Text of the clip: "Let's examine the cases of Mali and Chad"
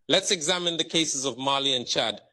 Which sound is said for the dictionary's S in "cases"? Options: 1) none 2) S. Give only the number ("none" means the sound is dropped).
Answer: 2